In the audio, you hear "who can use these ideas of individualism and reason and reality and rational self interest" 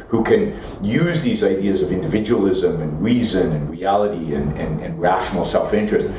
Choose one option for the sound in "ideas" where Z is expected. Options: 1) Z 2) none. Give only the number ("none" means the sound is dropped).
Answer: 1